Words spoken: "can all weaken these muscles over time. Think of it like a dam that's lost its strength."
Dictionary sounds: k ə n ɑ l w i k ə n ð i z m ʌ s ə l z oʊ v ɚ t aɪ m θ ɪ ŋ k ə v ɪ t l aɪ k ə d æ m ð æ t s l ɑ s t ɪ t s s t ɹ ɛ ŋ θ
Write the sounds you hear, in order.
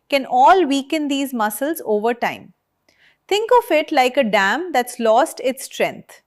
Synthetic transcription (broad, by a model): k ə n ɑ l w i k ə n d i z m ʌ s ə l z oʊ v ɚ t aɪ m t ɪ ŋ k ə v ɪ t l aɪ k ə d æ m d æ t s l ɑ s t ɪ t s s t ɹ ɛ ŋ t